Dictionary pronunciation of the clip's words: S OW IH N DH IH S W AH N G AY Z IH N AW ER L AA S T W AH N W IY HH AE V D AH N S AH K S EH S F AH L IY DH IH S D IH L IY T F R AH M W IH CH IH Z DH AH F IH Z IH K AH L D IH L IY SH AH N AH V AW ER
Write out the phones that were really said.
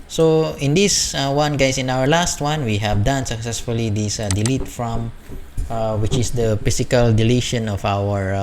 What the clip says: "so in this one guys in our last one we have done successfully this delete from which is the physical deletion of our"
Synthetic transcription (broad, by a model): S OW IH N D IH S W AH N G AY S IH N AW ER L AA S T W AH N W IY HH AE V D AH N S AH K S EH S F AH L IY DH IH S D IH L IY T F R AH M W IH CH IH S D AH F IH S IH K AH L D IH L IY SH AH N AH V AW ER